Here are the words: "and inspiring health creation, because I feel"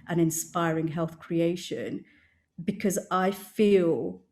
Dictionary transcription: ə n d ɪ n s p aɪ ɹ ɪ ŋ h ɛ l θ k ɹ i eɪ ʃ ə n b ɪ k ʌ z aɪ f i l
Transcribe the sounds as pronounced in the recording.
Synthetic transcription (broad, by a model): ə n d ɪ n s p aɪ ɹ ɪ ŋ h ɛ l θ k ɹ i eɪ ʃ ə n b ɪ k ʌ z aɪ f i l